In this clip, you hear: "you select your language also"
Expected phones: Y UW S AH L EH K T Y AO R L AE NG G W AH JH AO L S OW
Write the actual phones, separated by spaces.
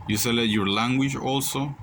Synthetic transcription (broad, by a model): Y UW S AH L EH T Y AO R L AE NG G W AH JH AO L S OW